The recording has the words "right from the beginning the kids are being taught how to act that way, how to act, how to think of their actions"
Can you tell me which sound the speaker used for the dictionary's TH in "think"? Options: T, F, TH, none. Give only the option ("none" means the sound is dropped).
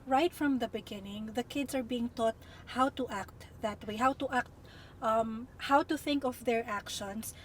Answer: TH